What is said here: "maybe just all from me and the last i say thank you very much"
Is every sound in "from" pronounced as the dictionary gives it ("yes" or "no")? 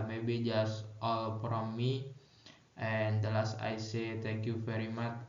no